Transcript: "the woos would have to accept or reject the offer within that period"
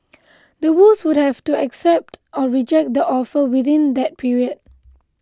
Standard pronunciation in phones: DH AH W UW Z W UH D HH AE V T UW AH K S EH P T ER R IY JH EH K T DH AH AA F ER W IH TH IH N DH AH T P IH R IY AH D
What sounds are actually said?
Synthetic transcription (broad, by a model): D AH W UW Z W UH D HH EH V T UW AH K S EH P T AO R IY JH EH K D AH AA F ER W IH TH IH N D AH T P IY R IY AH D